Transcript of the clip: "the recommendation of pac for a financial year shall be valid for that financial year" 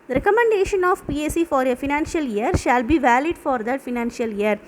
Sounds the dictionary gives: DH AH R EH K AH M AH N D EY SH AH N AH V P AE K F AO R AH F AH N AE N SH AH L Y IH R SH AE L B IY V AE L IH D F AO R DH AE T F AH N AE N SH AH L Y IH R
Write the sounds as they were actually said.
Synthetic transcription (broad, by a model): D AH R EH K AH M AH N D EY SH AH N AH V P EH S F AO R AH F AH N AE N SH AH L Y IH R SH AE L B IY V AE L IH D F AO R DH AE T F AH N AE N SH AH L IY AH R